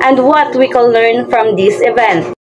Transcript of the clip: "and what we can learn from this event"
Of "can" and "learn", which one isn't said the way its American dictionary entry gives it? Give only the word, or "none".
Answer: can